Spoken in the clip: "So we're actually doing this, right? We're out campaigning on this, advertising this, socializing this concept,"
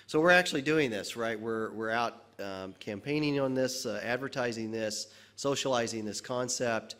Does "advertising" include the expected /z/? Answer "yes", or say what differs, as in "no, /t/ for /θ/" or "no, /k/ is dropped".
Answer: yes